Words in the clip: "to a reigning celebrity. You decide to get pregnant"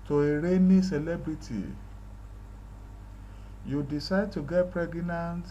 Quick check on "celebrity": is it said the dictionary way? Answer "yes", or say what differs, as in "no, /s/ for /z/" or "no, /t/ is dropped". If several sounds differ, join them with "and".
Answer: yes